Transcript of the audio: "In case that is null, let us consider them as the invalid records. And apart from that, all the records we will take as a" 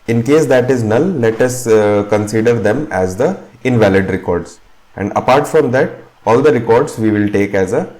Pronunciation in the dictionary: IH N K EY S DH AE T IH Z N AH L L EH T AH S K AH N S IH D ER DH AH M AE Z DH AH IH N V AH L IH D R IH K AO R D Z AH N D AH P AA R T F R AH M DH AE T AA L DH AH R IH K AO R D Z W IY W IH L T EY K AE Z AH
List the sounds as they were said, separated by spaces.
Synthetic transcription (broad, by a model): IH N K EY S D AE T IH Z N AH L L EH T AH S K AH N S IH D ER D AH M AE Z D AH IH N V AH L IH D R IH K AO R D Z AH N D AH P AA R T F R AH M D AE T AA L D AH R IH K AO R D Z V IY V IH L T EY K AE Z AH